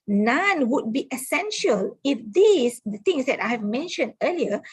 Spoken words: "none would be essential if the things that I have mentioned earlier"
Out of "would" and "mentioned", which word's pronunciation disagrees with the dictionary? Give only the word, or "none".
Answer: none